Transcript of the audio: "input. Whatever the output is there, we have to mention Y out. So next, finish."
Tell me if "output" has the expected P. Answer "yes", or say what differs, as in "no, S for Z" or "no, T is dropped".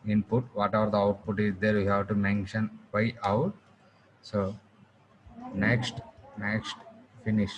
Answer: yes